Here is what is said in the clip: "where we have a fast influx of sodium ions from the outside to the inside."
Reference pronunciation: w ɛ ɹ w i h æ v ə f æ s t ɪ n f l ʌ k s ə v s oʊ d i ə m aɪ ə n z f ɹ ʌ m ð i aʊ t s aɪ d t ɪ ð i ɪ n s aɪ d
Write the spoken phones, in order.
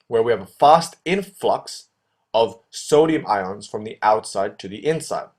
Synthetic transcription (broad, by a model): w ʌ ɹ w i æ v ə f æ s t ɪ n f l ʌ k s ə v s oʊ d i ə m aɪ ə n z f ɹ ʌ m ð i aʊ t s aɪ d t ɪ ð i ɪ n s aɪ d